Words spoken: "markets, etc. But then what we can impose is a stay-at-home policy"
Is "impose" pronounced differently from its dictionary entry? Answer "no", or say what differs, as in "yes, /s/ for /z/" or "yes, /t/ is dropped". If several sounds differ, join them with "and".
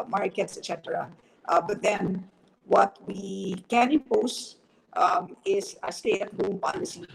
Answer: yes, /m/ is dropped